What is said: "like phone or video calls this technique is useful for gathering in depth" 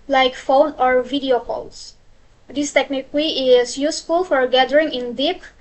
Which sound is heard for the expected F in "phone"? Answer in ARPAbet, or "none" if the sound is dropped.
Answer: F